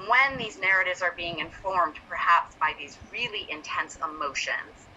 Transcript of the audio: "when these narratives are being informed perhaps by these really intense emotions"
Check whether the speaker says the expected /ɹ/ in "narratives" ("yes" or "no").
yes